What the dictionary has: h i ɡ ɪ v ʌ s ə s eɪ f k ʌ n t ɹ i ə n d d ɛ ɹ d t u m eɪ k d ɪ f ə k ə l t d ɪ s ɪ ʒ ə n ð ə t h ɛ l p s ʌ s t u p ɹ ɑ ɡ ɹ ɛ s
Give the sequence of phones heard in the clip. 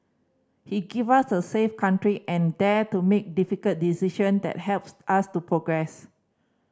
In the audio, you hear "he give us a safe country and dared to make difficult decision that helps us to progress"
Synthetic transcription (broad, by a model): h i ɡ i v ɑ s ə s eɪ f k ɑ n t ɹ i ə n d d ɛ t u m eɪ k d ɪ f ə k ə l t d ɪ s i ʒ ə n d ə t h ɛ l p s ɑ s t u p ɹ ɑ ɡ ɹ ɛ s